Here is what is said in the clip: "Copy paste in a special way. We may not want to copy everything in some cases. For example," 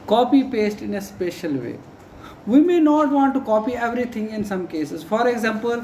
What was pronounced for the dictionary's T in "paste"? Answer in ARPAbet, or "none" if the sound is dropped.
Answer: T